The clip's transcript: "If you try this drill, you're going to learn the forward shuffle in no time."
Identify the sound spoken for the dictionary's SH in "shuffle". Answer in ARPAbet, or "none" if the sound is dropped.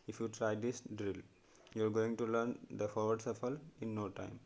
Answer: S